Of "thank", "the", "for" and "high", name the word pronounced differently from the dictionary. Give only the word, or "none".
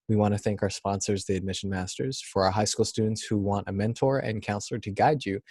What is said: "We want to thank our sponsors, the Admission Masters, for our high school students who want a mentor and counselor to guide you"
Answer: none